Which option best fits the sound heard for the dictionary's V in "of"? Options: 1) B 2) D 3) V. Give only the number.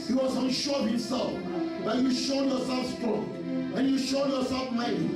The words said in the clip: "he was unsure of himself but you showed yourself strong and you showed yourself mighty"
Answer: 1